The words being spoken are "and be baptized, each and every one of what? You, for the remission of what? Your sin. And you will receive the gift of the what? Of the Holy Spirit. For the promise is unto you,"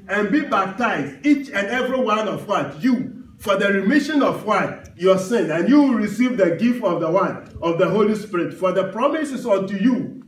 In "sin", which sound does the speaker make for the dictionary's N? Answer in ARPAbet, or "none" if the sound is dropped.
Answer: N